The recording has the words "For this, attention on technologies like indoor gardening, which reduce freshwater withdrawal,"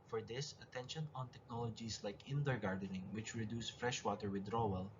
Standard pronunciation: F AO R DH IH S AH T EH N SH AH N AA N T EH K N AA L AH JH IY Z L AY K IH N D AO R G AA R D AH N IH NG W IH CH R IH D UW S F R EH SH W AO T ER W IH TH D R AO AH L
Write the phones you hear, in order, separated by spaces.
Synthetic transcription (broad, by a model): F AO R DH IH S AH T EH N SH AH N AA N T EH K N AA L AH JH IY S L AY K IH N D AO R G AA R D AH N IH NG W IH CH R IH D UW S F R EH SH W AO T ER W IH D R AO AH L